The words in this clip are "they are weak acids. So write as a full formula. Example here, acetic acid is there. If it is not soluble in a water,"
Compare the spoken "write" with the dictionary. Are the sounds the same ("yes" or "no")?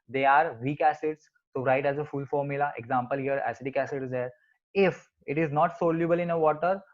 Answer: yes